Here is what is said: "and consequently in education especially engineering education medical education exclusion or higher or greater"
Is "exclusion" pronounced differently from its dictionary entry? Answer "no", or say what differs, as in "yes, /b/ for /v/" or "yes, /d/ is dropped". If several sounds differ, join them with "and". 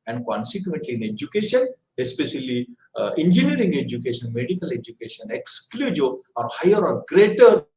yes, /n/ is dropped